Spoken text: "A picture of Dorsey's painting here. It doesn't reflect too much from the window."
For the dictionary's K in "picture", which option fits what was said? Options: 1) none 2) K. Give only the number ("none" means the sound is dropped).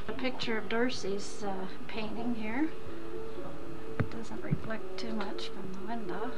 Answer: 2